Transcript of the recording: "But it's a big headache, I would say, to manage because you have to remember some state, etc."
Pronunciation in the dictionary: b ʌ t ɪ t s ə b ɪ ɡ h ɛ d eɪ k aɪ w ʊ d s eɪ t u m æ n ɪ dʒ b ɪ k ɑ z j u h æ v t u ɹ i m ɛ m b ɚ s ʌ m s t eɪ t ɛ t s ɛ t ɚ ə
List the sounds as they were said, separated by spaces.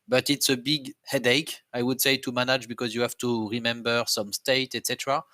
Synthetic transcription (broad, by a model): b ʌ t ɪ t s ə b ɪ ɡ h ɛ d eɪ k aɪ w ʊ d s eɪ t u m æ n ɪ dʒ b ɪ k ɑ z j u h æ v t u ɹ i m ɛ m b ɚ s ʌ m s t eɪ t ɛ t s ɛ t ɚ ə